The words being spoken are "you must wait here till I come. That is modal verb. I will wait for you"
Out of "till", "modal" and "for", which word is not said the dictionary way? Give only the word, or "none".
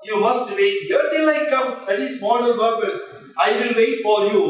modal